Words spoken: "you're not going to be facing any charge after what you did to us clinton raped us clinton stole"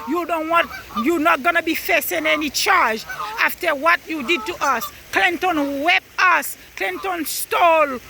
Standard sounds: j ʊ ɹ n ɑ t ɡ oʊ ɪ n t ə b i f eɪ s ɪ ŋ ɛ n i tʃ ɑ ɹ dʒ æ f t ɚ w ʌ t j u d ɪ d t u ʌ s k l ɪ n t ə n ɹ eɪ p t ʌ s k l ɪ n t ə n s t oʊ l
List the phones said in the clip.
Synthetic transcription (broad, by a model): j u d n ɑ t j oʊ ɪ n t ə b i f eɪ s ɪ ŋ ɛ n i tʃ ɑ ɹ dʒ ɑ f t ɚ w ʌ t j u d ɪ d t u ʌ s k l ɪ n t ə n w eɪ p ʌ s k l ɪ n t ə n s t oʊ l